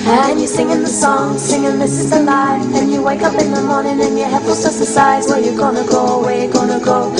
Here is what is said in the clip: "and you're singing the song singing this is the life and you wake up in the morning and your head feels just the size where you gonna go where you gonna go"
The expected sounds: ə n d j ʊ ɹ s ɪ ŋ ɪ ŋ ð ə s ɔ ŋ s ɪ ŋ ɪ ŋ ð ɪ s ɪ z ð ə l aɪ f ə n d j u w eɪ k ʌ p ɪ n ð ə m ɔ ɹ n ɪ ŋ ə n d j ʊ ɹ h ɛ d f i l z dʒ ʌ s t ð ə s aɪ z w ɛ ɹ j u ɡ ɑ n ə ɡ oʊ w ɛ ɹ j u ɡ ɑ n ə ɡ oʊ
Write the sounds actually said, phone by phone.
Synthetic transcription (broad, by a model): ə n j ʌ ɹ s ɪ ŋ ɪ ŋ ð ə s ɔ ŋ s ɪ ŋ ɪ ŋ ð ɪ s ɪ z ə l aɪ ə n j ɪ w eɪ k ʌ p ɪ n ð ə m ɔ ɹ n ɪ ŋ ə n j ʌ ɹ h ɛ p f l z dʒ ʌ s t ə s aɪ z w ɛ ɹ j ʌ ɡ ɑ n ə ɡ oʊ w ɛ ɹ j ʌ ɡ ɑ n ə ɡ oʊ